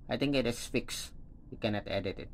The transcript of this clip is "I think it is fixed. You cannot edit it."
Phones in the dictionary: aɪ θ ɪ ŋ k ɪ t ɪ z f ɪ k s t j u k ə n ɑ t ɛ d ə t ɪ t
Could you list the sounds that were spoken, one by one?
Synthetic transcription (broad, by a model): aɪ t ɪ ŋ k ɪ t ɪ s f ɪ k s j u k ə n ɑ t ɛ d ə t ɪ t